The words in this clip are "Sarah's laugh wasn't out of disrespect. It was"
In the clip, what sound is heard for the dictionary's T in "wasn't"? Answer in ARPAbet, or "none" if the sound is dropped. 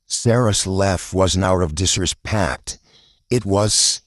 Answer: none